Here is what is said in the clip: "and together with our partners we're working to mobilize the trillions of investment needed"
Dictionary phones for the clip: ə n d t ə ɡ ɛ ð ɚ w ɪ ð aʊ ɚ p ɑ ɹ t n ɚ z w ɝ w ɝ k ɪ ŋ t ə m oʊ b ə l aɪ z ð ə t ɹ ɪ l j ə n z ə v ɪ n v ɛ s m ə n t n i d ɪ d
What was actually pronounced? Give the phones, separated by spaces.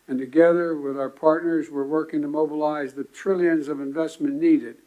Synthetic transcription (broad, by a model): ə n t ə ɡ ɛ ð ɚ w ɪ ð aʊ ɚ p ɑ ɹ t n ɚ z w ɝ w ɝ k ɪ ŋ t ə m oʊ b ə l aɪ z ð ə t ɹ ɪ l j ə n z ə v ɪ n v ɛ s m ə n n i d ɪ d